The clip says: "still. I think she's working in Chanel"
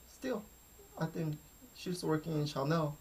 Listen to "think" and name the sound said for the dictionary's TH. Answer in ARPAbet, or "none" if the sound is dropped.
TH